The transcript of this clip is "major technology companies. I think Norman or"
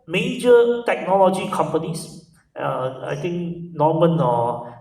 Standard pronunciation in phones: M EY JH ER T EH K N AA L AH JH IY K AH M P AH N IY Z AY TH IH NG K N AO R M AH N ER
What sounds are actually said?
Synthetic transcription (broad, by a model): M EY JH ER T EH K N AA L AH JH IY K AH M P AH N IY S AY T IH NG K N AO M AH N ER